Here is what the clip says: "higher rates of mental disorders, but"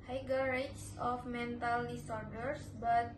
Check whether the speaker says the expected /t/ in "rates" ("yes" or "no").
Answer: no